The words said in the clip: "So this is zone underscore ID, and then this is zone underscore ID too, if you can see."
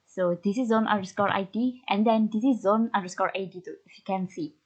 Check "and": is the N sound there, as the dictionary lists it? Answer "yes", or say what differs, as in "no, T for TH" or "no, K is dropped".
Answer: yes